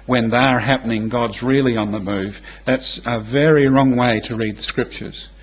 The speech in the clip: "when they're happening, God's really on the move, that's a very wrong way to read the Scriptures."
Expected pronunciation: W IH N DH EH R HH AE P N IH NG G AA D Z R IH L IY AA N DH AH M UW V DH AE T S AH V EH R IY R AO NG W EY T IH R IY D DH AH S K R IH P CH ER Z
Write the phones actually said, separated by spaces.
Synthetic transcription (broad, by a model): W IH N DH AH R HH AE P N IH NG G AA D Z R IH L IY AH N DH AH M UW V DH AE T S AH V EH R IY R AO NG W EY T IH R IY D DH AH S K R IH P CH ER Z